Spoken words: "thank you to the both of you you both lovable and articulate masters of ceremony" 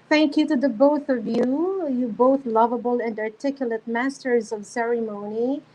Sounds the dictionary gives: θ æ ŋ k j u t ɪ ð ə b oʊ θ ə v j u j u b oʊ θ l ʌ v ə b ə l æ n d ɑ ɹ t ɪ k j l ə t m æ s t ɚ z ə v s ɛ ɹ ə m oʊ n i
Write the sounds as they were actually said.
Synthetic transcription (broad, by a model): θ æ ŋ k j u t ɪ ð ə b oʊ θ ə v j u j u b oʊ θ l ʌ v ə b ə l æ n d ɑ ɹ t ɪ k j l ə t m æ s t ɚ z ə v s ɛ ɹ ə m oʊ n i